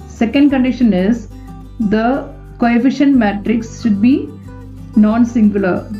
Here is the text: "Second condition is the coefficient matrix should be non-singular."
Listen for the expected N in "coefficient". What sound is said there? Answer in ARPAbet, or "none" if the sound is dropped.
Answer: N